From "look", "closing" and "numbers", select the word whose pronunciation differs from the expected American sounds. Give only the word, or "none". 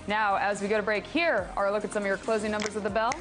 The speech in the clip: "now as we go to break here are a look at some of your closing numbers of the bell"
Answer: none